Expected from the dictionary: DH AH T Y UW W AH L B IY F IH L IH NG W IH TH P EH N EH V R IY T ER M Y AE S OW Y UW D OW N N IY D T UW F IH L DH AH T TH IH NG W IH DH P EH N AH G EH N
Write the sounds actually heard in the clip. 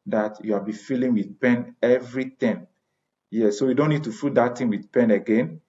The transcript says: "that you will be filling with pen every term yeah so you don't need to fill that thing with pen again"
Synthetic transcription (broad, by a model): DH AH T Y UW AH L B IY F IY L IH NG W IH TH P EH N EH V R IY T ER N Y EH S OW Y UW D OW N N IY D T UW F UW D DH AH T T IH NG W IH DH P EH N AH G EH N